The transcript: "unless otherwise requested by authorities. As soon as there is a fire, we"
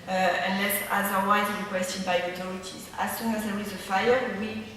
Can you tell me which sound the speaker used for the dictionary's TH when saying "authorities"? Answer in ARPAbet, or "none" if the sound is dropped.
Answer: T